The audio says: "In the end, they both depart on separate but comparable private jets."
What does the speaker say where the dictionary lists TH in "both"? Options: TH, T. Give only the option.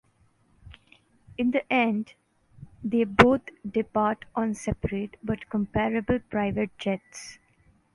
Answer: T